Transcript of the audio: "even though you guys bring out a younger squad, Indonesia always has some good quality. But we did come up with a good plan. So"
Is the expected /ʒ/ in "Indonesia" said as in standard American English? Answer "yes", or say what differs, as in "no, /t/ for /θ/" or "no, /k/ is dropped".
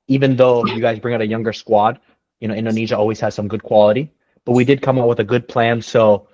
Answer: yes